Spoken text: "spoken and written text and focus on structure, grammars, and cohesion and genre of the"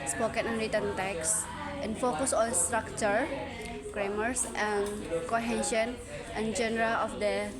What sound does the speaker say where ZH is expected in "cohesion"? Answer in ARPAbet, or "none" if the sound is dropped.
SH